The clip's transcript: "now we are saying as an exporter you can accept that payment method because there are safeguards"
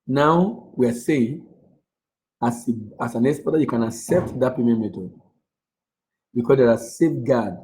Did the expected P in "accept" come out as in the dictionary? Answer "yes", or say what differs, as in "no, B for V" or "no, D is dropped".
yes